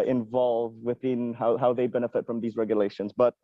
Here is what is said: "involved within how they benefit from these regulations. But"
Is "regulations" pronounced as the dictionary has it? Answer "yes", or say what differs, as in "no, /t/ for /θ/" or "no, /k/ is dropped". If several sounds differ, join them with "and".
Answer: yes